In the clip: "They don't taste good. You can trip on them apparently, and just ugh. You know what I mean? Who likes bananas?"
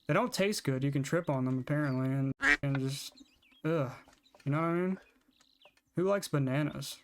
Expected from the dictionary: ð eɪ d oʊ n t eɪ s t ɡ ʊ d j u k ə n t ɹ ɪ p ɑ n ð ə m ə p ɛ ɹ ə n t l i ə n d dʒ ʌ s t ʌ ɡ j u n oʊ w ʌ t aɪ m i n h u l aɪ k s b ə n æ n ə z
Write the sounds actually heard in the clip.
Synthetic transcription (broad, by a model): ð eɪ d oʊ n t eɪ s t ɡ ʊ d j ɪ k ə n t ɹ ɪ p n ð ə m ə p ɛ ɹ ə n t l i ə n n dʒ ʌ s t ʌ j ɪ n oʊ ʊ aɪ m i n h u l aɪ k s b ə n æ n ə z